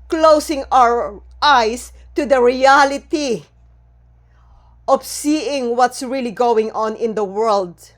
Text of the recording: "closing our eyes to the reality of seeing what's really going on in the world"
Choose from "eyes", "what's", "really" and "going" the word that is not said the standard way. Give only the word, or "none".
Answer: eyes